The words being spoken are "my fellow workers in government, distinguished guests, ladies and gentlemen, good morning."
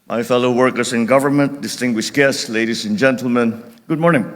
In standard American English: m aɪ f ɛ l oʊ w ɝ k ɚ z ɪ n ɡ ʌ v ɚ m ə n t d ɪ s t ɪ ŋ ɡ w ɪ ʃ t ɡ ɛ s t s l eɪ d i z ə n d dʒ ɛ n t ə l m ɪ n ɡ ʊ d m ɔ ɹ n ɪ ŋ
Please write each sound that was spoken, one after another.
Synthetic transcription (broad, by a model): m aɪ f ɛ l oʊ w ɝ k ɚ s ɪ n ɡ ʌ v ɚ m ə n t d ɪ s t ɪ ŋ ɡ w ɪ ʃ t ɡ ɛ s t s l eɪ d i s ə n dʒ ɛ n t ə l m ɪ n ɡ ʊ d m ɔ ɹ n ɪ ŋ